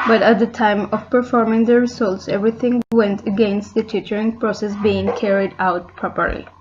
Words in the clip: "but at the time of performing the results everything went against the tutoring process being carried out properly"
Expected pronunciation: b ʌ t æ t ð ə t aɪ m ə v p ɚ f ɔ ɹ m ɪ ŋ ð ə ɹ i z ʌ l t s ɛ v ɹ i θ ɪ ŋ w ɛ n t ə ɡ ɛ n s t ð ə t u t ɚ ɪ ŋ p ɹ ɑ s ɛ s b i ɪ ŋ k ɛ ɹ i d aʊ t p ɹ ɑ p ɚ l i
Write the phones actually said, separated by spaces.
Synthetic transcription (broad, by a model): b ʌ t æ t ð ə t aɪ m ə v p ɚ f ɔ ɹ m ɪ ŋ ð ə ɹ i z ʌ l t s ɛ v ɹ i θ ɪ ŋ w ɛ n t ə ɡ ɛ n s t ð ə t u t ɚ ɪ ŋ p ɹ ɑ s ɛ s b i ɪ ŋ k ɛ ɹ i d aʊ t p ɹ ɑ p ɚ l i